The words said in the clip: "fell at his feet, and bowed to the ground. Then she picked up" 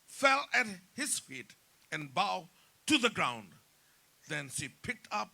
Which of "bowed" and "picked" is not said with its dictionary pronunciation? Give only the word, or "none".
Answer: none